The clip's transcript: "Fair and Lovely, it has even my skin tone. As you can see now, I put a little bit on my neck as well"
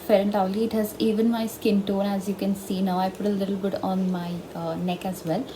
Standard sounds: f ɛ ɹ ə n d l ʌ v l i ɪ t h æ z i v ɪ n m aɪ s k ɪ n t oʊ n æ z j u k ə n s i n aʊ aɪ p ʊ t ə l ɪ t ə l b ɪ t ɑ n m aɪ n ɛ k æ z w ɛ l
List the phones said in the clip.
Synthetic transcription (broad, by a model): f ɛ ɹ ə n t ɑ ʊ l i ɪ t h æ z i v ɪ n m aɪ s k ɪ n t oʊ n æ z j u k ə n s i n aʊ aɪ p ʊ t ə l ɪ t l b ɪ t ɑ n m aɪ n ɛ k æ z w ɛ l